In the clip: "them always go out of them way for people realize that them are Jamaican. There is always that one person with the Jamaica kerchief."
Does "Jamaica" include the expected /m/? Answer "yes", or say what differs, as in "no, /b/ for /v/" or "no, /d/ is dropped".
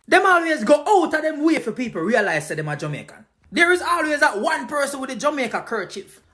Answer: yes